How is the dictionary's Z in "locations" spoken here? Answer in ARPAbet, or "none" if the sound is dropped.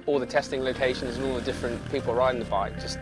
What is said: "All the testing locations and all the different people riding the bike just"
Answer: Z